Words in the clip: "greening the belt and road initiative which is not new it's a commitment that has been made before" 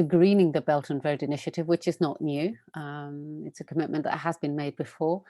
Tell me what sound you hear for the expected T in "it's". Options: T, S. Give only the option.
T